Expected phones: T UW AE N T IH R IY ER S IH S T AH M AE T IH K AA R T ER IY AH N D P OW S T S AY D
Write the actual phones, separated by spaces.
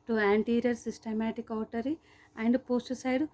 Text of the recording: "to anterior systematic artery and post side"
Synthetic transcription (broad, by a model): T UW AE N T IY R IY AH S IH S T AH M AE T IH K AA W T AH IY AH N D P OW S T S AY D